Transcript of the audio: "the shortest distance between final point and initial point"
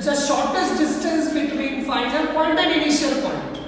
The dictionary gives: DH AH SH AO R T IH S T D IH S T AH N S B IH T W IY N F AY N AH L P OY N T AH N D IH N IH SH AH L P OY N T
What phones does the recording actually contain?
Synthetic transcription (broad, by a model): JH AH SH AO R T IH S T D IH S T AH N S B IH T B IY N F AY L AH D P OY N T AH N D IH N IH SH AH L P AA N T